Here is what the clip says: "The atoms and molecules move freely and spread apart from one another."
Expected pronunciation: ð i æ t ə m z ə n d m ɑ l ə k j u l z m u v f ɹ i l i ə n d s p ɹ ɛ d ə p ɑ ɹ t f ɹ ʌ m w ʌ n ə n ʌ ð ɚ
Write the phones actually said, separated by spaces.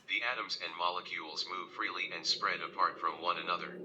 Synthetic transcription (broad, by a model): ð i æ t ə m z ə n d m ɑ l ə k j u l z m u v f ɹ i l i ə n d s p ɹ ɛ d ə p ɑ ɹ t f ɹ ʌ m w ʌ n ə n ʌ ð ɚ